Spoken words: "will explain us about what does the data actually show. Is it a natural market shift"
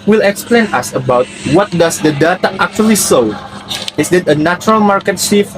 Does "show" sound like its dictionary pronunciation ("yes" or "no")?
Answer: no